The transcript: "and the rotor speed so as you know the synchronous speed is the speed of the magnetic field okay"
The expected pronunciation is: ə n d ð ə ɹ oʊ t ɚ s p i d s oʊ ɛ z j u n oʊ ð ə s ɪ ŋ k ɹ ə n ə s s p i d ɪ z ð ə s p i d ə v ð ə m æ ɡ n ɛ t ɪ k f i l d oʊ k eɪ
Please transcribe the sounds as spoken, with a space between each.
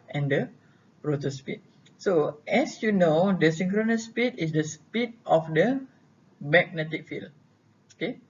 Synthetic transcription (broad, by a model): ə n d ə ɹ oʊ t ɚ s p i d s oʊ ɛ s j u n oʊ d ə s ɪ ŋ k ɹ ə n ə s s p i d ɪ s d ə s p i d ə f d ə m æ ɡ n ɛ t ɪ k f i l oʊ k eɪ